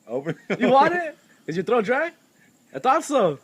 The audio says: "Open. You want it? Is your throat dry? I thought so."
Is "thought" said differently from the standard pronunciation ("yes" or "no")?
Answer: yes